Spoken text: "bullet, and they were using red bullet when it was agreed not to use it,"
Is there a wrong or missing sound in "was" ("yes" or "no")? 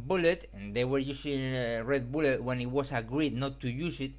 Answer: yes